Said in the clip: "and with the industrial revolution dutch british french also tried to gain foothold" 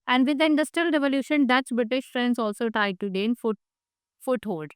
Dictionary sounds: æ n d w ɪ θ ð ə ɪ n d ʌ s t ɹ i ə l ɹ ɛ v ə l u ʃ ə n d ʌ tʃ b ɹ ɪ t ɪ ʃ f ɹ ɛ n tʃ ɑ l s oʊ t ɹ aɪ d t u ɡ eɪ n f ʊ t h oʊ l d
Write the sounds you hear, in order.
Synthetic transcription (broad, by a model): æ n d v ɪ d ɪ n d ʌ s t ɹ i ə l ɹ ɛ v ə l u ʃ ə n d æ s b ɹ ɪ t ɪ ʃ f ɹ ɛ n s ɑ l s oʊ t ɹ aɪ d t u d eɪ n f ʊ t h oʊ l d